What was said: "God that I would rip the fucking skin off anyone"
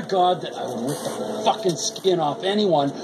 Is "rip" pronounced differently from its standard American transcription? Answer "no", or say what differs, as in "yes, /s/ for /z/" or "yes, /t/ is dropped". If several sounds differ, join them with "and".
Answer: yes, /w/ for /ɹ/